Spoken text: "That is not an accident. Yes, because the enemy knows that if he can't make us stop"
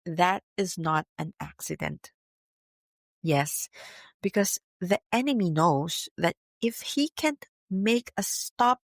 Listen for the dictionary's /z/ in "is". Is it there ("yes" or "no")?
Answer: yes